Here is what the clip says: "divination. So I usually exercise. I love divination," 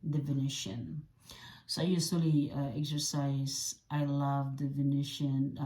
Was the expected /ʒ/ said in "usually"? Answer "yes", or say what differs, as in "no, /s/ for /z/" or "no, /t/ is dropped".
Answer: no, /s/ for /ʒ/